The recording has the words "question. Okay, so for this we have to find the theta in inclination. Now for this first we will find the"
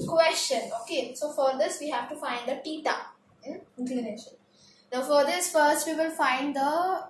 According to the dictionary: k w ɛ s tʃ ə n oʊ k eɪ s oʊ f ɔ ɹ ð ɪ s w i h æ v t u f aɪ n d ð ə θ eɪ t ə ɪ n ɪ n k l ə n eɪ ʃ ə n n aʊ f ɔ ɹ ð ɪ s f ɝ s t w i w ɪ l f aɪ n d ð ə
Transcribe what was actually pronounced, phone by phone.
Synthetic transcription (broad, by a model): k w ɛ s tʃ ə n oʊ k eɪ s oʊ f ɔ ɹ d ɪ s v i h æ v t u f aɪ n d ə t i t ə ɪ n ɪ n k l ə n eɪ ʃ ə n n aʊ f ɔ ɹ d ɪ s f ɝ s t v i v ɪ l f aɪ n d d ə